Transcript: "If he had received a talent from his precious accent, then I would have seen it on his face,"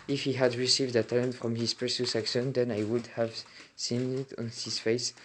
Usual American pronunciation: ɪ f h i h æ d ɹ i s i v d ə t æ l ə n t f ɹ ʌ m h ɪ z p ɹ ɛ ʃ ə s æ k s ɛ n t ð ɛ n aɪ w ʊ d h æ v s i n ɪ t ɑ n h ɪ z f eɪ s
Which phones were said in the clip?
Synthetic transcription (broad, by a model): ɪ f h i h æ d ɹ i s i v d ə t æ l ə n t f ɹ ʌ m h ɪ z p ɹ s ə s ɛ k ʃ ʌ n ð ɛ n aɪ w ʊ d h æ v s i n ɪ t ɑ n h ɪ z f eɪ s